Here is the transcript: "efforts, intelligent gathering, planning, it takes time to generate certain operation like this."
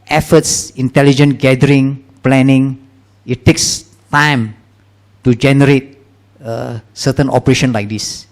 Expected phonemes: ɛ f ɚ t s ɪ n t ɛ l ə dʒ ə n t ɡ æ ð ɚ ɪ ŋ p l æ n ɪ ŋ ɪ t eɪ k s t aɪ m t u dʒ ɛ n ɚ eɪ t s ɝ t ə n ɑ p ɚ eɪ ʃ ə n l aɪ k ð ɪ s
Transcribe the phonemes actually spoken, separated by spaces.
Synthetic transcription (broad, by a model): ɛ f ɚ t s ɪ n t ɛ l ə dʒ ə n ɡ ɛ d ɚ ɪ ŋ p l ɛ n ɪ ŋ ɪ t eɪ k s t aɪ m t u dʒ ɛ n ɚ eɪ t s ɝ t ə n ɑ p ɚ eɪ ʃ ə n l aɪ k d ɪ s